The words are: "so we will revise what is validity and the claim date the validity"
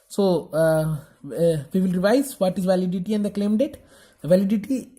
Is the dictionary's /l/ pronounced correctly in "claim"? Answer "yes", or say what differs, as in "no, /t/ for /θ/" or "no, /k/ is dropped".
yes